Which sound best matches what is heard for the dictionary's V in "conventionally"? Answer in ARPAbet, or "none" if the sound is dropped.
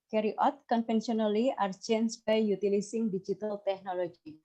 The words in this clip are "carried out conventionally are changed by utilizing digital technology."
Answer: F